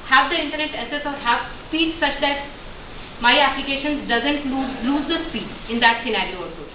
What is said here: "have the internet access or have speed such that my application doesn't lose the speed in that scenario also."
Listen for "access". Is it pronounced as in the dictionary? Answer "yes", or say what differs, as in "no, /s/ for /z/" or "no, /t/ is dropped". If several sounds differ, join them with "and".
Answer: no, /k/ is dropped